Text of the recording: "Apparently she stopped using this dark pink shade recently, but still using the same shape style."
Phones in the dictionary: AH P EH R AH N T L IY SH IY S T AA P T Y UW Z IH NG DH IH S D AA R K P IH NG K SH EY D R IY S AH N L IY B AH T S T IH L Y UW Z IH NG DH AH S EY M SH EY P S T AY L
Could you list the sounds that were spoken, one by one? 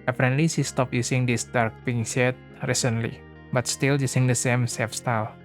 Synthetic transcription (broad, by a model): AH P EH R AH N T L IY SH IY S T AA P Y UW S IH NG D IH S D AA R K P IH NG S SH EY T R IY S AH N L IY B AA T S T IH L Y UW S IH NG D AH S EY M S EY F S T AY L